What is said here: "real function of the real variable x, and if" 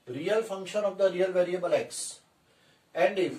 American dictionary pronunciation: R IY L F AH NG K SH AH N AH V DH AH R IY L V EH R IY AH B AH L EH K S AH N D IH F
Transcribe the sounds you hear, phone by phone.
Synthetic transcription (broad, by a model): R IY L F AH NG K SH AH N AH V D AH R IY L V EH R IY AH B AH L EH K S AH N D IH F